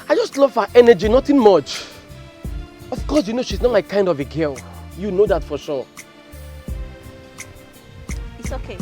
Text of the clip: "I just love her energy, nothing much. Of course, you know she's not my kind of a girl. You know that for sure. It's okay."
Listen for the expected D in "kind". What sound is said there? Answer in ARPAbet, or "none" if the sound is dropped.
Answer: D